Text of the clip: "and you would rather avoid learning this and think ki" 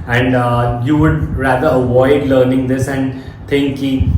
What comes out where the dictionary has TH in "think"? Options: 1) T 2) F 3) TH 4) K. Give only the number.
1